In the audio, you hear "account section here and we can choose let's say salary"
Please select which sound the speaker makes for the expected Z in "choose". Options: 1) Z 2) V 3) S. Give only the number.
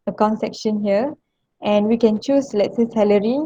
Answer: 3